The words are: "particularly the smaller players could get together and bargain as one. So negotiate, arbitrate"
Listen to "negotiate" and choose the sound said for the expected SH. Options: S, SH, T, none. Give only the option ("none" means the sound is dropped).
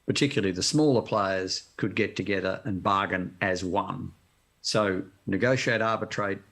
SH